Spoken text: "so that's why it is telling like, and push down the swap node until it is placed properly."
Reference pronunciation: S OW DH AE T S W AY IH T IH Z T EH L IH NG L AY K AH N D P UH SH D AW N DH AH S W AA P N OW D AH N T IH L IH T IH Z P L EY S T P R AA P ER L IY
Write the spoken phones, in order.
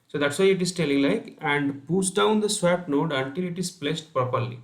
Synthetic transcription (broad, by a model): S OW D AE T S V AY IH T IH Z T EH L IH NG L AY K AH N D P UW S D AW N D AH S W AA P N OW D AH N T IH L IH T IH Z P L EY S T P R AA P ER L IY